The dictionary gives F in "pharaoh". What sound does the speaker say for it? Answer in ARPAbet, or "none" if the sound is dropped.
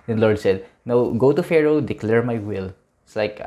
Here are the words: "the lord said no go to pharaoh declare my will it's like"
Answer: F